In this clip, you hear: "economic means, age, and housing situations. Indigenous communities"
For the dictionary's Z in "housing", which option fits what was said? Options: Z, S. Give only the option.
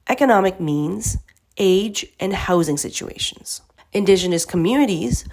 Z